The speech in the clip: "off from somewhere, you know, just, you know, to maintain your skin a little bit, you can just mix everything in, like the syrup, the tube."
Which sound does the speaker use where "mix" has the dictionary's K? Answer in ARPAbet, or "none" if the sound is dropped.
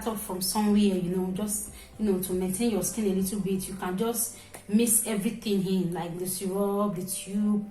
none